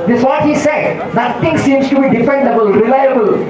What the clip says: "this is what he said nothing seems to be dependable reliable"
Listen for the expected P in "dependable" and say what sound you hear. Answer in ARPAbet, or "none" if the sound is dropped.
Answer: F